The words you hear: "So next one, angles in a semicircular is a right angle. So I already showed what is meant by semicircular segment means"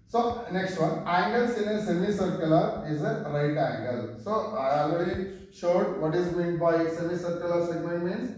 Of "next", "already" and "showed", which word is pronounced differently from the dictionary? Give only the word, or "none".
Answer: already